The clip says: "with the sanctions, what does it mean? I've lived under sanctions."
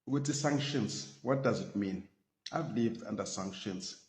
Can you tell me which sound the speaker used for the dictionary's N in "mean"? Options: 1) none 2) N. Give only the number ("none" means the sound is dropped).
2